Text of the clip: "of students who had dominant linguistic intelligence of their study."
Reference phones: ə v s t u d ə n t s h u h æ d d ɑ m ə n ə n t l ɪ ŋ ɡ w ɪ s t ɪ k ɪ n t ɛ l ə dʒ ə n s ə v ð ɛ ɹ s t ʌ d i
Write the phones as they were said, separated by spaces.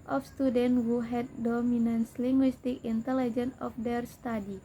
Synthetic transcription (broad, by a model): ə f s t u d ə n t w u h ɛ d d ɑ m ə n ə n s l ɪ ŋ ɡ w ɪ s t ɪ k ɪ n t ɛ l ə dʒ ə n ə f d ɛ ɹ s t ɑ d i